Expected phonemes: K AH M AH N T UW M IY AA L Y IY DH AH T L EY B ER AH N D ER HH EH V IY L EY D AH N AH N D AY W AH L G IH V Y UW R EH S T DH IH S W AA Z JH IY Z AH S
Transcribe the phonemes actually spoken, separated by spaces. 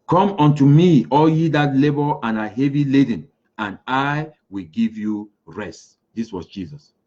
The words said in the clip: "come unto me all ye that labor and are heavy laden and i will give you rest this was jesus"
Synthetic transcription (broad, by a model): K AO M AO N T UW M IY AA L Y IY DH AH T L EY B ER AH N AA HH EH V IY L EY D AH N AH N AY W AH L G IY V Y UW R EH S T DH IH S W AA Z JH IY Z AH S